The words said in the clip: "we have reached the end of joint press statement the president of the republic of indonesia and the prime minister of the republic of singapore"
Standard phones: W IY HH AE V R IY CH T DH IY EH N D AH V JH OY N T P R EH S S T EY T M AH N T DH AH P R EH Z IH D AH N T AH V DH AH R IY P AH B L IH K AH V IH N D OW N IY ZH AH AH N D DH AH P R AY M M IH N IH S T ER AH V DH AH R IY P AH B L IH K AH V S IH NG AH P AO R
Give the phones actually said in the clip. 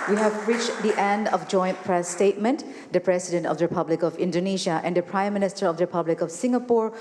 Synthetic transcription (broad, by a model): W IY HH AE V R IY CH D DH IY EH N D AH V JH OY N T P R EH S S T EY T M AH N T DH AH P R EH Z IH D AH N T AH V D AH R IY P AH B L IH K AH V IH N D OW N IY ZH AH AH N D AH P R AY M M IH N IH S T ER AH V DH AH R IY P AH B L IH K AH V S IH NG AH P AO R